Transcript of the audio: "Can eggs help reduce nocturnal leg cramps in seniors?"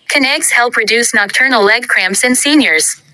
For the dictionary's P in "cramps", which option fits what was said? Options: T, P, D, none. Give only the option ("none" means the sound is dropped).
P